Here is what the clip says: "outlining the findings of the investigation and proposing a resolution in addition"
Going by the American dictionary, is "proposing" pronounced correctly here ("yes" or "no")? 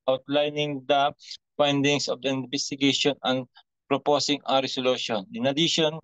no